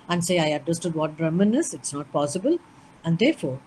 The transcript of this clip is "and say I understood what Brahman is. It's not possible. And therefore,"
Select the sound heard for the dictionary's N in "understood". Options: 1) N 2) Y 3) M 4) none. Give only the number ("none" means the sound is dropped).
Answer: 4